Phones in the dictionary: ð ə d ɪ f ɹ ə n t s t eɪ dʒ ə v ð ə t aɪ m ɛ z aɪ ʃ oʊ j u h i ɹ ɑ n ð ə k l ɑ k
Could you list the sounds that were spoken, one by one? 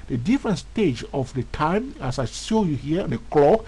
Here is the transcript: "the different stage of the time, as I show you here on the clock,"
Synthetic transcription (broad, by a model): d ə d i f ɹ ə n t s t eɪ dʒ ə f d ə t aɪ m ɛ s aɪ s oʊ j u h i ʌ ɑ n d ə k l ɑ k